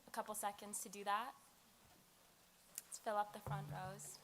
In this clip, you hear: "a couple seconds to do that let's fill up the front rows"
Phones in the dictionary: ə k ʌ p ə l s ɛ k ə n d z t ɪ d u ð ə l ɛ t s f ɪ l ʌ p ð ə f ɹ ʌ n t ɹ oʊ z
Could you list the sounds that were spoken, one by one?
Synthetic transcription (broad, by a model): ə k ʌ p l s ɛ k ə n d z t ɪ d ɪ ð ə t f ɪ l ʌ p ð ə f ɹ ʌ n t ɹ oʊ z